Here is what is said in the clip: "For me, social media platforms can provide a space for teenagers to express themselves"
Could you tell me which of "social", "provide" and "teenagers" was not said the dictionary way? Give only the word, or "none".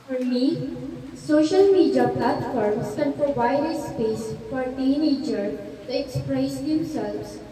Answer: teenagers